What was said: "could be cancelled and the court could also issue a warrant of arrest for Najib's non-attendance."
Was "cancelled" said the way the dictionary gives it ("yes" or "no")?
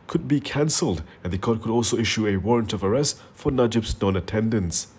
yes